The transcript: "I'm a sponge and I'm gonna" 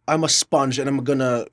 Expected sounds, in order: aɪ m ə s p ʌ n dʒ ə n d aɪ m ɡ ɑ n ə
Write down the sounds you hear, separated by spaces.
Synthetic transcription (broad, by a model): aɪ m ə s p ʌ n dʒ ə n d aɪ m ɡ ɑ n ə